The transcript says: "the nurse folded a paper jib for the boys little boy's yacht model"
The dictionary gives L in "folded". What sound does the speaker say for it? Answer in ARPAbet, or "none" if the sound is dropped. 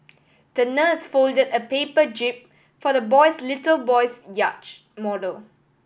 L